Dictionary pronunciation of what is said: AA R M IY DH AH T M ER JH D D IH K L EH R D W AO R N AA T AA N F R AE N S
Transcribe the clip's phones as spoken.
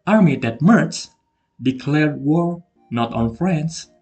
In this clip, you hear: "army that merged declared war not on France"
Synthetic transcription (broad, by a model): AA R M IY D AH T M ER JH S D IH K L EH R D W AO R N AA T AA N F R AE N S